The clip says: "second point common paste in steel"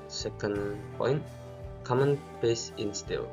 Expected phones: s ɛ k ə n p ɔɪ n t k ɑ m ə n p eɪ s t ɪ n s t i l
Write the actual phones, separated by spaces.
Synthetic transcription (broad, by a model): s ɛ k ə n p ɔɪ n t k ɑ m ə n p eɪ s ɪ n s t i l